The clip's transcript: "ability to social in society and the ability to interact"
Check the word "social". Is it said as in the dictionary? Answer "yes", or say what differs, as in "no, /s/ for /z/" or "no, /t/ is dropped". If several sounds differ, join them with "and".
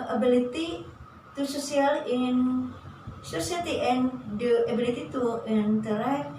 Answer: no, /s/ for /ʃ/